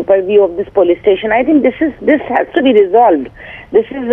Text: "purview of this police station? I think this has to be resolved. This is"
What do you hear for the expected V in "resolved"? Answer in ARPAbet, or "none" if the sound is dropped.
V